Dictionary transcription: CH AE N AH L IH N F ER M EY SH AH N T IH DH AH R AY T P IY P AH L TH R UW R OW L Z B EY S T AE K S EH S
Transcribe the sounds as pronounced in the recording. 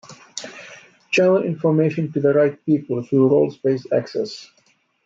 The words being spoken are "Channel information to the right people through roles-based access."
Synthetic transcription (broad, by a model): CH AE L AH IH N F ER M EY SH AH N T IH DH AH R AY T P IY P AH L TH R UW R OW L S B EY S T AE K S EH S